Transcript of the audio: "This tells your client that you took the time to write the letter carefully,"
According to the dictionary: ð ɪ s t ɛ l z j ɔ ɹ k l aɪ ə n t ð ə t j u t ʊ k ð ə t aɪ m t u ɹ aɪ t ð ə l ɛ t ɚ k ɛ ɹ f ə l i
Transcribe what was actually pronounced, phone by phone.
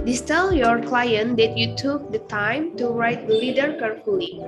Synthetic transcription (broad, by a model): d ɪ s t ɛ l j ɔ ɹ k l aɪ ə n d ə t j u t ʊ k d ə t aɪ m t u ɹ aɪ t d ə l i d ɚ k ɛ ɹ f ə l i